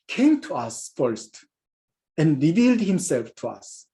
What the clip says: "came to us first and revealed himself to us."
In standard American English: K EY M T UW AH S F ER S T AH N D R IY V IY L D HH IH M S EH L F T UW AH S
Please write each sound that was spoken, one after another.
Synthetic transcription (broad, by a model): K EY M T UW AH S F ER S T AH N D R IY V IY L D HH IH M S EH L F T UW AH S